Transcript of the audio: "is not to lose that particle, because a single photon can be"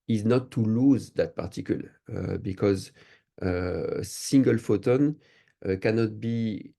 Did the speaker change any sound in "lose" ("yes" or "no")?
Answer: no